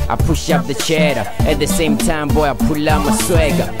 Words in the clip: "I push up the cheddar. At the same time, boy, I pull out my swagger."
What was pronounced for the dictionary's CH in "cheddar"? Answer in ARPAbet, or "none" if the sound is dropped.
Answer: CH